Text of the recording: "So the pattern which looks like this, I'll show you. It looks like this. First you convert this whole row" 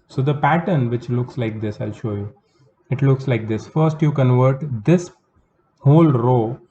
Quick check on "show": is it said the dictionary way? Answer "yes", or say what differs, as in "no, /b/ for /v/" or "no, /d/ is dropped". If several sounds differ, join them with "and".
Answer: yes